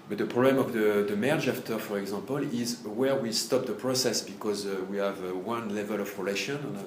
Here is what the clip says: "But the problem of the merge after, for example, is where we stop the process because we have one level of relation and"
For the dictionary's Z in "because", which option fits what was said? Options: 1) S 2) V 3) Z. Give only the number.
3